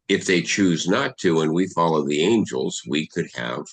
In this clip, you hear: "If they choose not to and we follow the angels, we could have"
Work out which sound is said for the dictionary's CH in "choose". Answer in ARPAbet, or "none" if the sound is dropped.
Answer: CH